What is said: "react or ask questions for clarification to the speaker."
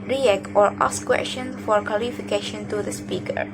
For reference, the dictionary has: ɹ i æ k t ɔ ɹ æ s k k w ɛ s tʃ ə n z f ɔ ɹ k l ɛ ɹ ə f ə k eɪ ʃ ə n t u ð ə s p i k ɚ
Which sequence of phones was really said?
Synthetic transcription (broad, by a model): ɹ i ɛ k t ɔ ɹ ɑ s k k w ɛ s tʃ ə n f ɔ ɹ k ɔ l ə f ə k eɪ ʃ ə n t u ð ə s p i k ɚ